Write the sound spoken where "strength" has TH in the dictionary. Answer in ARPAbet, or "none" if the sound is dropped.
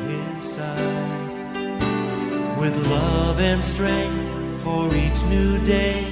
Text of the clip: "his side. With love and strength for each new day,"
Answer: TH